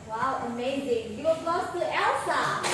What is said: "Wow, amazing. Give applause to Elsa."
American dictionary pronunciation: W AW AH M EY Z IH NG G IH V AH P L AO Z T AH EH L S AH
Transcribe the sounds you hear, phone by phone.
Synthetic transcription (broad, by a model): W AW AH M EY Z IH NG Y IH W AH L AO S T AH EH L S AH